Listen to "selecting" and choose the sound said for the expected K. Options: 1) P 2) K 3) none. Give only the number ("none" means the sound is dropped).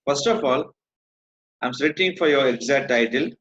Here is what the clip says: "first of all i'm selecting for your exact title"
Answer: 3